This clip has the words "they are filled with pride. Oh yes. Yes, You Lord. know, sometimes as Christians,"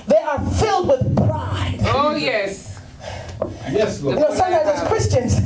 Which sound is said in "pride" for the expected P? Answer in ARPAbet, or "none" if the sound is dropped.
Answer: B